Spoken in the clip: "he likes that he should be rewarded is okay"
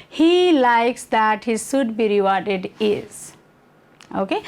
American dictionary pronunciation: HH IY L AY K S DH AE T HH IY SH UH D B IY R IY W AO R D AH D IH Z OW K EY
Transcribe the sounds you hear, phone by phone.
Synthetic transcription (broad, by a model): HH IY L AY K S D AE T HH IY S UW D B IY R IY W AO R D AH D IH Z OW K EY